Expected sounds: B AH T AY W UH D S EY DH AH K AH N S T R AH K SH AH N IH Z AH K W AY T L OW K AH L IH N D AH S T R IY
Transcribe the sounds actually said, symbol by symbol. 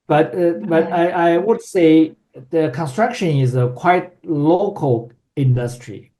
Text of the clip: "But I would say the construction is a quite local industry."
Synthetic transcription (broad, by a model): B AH T AY W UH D S EY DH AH K AH N S T R AH K SH AH N IH Z AH K W AY T L OW K AH L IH N D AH S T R IY